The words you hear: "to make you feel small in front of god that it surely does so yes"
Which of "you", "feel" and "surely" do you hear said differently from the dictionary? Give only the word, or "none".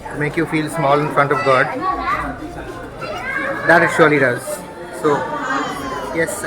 none